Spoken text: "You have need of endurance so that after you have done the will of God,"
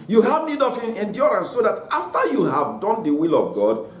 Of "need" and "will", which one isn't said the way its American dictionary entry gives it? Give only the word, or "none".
none